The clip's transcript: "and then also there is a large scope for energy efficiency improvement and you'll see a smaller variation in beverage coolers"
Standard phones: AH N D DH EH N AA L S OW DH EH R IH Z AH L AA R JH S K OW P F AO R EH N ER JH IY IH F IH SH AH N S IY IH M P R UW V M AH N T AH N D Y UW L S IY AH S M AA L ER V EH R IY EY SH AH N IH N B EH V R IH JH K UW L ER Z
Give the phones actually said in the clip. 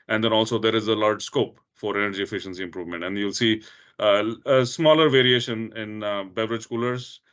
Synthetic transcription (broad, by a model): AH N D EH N AA L S OW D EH R IH Z AH L AA R JH S K OW P F AO R EH N ER JH IY IH F IH SH AH N S IY IH M P R UW V M AH N T AH N D Y UW L S IY AH S M AA L ER V EH R IY EY SH AH N IH N B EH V R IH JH K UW L ER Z